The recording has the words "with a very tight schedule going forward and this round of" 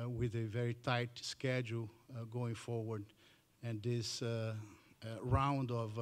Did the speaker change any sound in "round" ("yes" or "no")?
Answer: no